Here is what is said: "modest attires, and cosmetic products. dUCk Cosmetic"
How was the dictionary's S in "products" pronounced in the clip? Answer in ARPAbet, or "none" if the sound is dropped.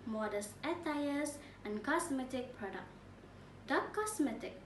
none